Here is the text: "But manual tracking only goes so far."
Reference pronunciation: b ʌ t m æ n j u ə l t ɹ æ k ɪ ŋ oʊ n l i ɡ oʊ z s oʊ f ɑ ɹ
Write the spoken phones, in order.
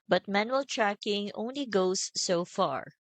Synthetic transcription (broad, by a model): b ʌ t m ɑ n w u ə l t ɹ æ k ɪ ŋ oʊ n l i ɡ oʊ s oʊ f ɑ ɹ